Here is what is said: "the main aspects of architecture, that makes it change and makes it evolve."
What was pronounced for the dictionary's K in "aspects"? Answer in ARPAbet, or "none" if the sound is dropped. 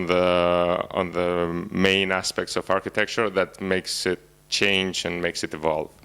K